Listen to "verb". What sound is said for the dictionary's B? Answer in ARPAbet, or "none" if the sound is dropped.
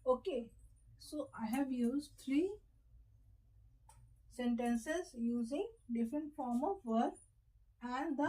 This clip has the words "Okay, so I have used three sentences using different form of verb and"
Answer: none